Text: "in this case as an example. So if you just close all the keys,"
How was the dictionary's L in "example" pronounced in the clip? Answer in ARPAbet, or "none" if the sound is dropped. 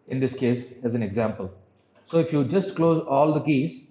L